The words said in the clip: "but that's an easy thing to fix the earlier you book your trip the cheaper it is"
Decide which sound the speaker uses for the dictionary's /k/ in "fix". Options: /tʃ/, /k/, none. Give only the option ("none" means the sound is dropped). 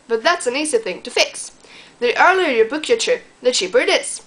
/k/